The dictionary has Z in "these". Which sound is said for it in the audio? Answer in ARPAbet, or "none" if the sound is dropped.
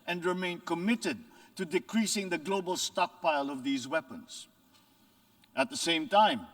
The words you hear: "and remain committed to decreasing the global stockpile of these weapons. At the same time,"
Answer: Z